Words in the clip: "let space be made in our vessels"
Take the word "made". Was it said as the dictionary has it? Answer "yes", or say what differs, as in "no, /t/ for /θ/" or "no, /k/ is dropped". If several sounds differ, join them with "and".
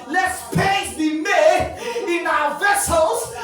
no, /d/ is dropped